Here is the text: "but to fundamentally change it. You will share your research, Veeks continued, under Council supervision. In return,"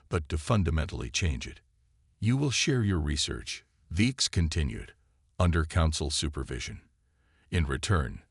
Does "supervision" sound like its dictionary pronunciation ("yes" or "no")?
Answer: yes